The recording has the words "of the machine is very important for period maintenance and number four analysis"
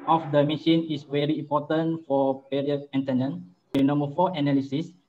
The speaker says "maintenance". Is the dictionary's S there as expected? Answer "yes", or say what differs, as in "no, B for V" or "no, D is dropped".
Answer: no, S is dropped